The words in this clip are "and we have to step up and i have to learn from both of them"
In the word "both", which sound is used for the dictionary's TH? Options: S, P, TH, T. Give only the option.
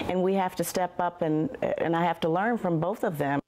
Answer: TH